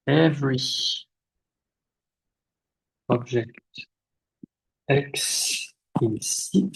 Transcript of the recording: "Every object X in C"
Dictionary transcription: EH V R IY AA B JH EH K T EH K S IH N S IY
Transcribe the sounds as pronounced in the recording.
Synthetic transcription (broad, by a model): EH V R IY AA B ZH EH K T EH K S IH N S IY